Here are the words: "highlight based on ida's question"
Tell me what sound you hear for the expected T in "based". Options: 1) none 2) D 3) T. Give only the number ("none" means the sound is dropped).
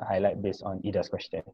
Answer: 1